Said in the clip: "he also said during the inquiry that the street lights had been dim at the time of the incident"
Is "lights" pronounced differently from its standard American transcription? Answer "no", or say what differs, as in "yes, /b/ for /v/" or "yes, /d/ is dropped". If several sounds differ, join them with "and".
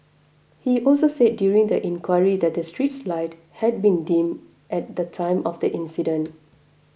yes, /s/ is dropped